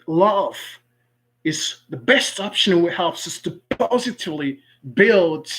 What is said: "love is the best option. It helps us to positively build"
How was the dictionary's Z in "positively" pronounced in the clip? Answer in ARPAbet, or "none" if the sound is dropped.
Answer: Z